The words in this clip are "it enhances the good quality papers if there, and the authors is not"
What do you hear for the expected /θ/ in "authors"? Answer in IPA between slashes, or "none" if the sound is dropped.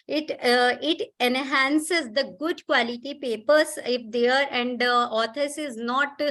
/t/